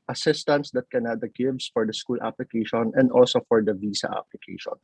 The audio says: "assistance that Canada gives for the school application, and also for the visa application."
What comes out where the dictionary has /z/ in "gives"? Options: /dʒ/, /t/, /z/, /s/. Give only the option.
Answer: /s/